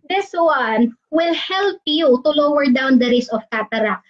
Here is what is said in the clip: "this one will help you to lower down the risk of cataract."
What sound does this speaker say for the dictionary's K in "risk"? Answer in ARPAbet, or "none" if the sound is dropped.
none